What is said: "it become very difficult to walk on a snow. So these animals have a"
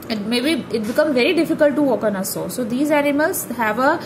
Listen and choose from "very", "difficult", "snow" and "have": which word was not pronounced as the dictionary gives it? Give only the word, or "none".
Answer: snow